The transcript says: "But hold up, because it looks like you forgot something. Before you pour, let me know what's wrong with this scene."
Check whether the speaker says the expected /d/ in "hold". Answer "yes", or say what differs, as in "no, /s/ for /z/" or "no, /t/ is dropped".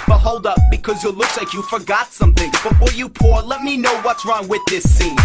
yes